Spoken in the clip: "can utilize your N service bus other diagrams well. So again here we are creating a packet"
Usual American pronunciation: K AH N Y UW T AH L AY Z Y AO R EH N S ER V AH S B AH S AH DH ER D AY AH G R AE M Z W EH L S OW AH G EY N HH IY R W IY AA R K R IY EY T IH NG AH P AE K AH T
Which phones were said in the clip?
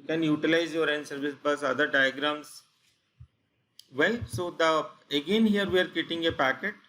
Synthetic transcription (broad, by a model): K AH N Y UW T AH L AY Z Y AO R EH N S ER V AH S B AH S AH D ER D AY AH G R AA M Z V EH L S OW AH G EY N HH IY R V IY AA R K IY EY T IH NG AH P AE K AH T